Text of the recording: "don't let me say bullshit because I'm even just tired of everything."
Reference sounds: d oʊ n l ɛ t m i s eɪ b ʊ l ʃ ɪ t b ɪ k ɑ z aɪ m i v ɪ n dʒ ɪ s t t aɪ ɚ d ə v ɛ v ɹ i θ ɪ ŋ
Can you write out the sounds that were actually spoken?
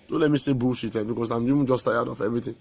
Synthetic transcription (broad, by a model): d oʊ l ɛ t m i s eɪ b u ʃ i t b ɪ k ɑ s aɪ m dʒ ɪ dʒ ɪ s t t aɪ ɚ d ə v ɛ v ɹ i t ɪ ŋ